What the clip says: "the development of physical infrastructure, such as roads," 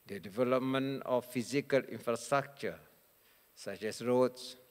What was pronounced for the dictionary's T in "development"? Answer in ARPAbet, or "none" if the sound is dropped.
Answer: none